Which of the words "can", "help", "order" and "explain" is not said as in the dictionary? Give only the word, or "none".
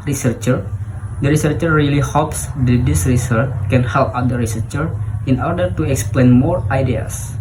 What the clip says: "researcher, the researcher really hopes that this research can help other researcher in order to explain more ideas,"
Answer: none